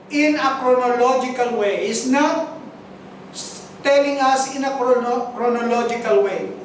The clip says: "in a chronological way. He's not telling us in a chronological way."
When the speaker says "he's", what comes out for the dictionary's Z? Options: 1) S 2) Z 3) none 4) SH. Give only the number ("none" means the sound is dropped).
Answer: 1